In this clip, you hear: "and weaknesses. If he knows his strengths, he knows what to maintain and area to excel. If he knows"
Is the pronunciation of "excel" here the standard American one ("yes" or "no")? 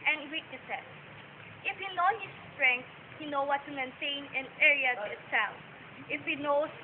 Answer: no